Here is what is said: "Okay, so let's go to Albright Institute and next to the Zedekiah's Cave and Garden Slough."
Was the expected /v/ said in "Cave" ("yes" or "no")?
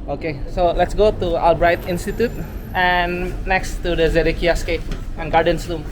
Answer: no